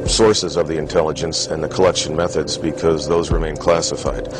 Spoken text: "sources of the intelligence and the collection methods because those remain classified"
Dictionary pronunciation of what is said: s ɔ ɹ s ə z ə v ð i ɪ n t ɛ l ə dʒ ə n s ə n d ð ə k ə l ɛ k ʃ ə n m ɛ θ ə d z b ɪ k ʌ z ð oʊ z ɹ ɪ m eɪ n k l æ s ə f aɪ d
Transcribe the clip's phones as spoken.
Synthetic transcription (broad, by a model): s ɔ ɹ s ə z ə v ð i ɪ n t ɛ l ə dʒ ə n s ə n ð ə k ə l ɛ k ʃ ə n m ɛ θ ə d z b ɪ k ʌ z ð oʊ z ɹ ɪ m eɪ n k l æ s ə f aɪ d